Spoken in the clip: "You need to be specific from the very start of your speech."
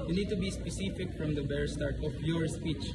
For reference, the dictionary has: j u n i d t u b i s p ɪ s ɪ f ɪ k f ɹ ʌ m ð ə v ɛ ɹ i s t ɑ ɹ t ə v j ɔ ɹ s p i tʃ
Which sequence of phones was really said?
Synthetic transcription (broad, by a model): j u n i d t u b i s p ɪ s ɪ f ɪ k f ɹ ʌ m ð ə b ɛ ɹ s t ɑ ɹ t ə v j ɔ ɹ s p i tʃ